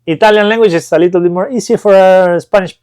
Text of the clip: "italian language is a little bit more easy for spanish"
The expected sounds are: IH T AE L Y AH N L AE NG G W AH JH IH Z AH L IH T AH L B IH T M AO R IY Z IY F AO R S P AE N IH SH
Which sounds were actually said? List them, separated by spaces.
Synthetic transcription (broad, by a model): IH T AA L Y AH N L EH NG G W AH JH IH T AH L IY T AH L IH M AO R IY S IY F AO R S P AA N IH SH